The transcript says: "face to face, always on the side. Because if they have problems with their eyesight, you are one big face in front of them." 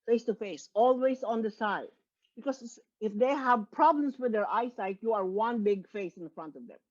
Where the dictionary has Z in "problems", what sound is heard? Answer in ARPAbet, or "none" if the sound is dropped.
S